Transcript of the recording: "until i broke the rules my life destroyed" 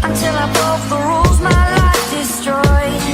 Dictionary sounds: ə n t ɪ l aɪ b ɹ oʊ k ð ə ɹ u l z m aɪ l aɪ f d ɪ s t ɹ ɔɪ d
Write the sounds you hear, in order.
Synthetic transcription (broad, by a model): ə n t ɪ l aɪ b oʊ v ð ə ɹ u l z m aɪ l aɪ f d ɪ s t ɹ ɔɪ